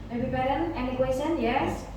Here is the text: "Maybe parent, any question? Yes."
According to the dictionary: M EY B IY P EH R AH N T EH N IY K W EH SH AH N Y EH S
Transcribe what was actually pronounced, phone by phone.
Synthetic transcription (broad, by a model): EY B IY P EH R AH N EH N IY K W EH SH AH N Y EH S